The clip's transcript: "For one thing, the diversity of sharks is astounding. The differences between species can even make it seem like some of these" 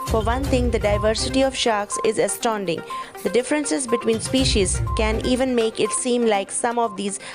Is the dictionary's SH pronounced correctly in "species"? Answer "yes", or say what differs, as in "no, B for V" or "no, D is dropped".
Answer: yes